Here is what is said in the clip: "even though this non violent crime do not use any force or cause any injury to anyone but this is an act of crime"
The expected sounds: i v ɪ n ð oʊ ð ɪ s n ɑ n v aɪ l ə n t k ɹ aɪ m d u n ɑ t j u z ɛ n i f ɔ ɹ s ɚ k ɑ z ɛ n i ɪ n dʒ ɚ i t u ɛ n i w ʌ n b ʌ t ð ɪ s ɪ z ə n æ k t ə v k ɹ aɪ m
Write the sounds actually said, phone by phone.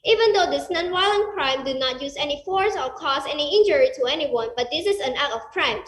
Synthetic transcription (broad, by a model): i v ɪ n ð oʊ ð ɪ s n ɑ n w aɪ l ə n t k ɹ aɪ m d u n ɑ t j u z ɛ n i f ɔ ɹ s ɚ k ɑ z ɛ n i ɪ n dʒ ɚ i t u ɛ n i w ʌ n b ʌ t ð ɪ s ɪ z ə n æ t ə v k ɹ aɪ m